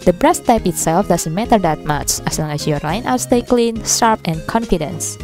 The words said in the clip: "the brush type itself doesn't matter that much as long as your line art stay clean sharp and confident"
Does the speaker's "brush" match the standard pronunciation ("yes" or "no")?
no